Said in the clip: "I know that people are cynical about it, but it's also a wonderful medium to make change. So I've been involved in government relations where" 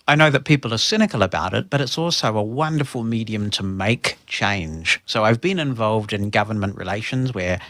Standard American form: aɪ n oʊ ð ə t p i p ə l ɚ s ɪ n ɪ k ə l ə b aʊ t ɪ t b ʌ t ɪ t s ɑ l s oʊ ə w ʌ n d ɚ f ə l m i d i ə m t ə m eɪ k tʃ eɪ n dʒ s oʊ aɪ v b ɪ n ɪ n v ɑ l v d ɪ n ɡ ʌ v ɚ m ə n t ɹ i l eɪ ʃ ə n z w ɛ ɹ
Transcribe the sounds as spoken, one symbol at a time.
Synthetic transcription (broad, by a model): aɪ n oʊ ð ə t p i p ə l ɚ s ɪ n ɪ k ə l ə b aʊ t ɪ t b ʌ t ɪ t s ɑ l s oʊ ə w ʌ n d ɚ f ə l m i d i ə m t ə m eɪ k tʃ eɪ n ʒ s oʊ aɪ v b ɪ n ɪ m v ɑ l v d ɪ n ɡ ʌ v ɚ m ə n t ɹ i l eɪ ʃ ə n z w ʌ ɹ